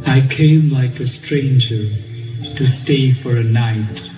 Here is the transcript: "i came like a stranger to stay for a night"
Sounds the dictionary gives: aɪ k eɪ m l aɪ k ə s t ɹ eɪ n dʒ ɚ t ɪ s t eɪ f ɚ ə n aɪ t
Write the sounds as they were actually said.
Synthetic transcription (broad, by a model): aɪ k eɪ m l aɪ k ə s t ɹ eɪ n dʒ ɚ t ɪ s t eɪ f ɚ ə n aɪ t